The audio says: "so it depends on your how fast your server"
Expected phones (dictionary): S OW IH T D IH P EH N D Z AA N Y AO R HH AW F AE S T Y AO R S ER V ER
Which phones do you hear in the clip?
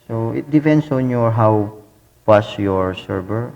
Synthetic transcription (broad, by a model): S OW IH T D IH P EH N D S AA N Y AO R HH AW P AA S Y AO R S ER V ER